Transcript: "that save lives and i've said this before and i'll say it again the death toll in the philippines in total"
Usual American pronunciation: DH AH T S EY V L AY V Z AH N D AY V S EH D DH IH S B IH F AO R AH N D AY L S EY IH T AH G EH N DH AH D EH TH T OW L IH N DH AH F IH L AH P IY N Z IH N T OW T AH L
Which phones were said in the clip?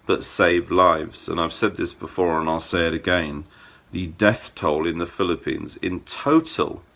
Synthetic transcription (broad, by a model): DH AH T S EY V L AY V Z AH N AY V S EH D DH IH S B IH F AO R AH N AY L S EY IH T AH G EH N DH AH D EH TH T OW L IH N DH AH F IH L AH P IY N Z IH N T OW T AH L